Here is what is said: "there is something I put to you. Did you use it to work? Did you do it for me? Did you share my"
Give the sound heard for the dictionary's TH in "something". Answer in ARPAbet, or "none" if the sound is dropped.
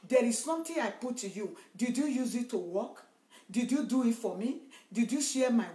T